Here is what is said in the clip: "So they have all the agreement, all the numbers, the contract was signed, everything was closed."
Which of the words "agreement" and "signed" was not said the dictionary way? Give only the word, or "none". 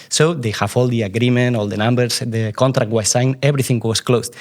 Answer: signed